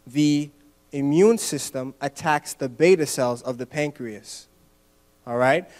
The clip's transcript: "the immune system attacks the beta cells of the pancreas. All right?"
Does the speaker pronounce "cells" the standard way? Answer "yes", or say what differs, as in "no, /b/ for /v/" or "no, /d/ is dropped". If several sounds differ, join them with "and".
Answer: yes